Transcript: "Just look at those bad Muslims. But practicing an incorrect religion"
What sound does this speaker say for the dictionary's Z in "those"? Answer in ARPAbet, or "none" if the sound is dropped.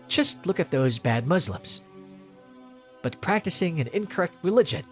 Z